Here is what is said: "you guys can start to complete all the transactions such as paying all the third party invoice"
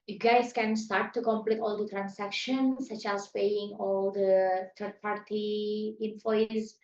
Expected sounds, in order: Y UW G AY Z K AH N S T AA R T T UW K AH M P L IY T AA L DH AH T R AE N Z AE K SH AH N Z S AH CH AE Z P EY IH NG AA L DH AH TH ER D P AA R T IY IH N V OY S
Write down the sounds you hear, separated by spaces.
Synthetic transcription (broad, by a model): Y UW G AY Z K AH N S T AA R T T UW K AH M P L IY T AA L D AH T R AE N S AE K SH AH N S AH CH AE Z P EY IH NG AA L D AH T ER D P AA R T IY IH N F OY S